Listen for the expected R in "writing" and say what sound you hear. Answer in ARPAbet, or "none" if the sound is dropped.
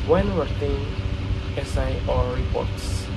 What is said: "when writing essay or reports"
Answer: W